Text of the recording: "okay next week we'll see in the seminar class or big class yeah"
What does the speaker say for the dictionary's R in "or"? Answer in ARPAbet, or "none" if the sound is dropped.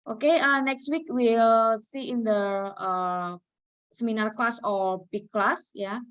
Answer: L